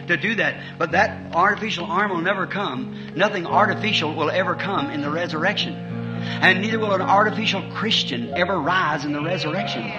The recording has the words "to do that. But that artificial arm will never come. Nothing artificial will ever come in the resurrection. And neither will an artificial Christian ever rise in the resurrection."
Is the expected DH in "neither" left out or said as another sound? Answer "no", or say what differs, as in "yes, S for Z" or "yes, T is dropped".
no